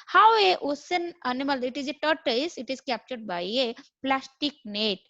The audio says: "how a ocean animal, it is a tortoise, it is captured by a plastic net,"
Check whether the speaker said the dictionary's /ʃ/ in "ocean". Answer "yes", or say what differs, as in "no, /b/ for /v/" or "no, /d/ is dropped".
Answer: no, /s/ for /ʃ/